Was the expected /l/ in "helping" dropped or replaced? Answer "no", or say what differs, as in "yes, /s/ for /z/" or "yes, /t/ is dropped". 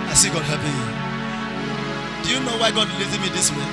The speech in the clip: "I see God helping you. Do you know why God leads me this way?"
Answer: yes, /l/ is dropped